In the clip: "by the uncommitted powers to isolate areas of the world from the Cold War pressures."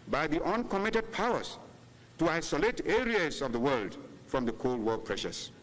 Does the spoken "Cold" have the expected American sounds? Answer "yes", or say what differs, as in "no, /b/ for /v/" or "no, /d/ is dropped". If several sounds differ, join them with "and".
yes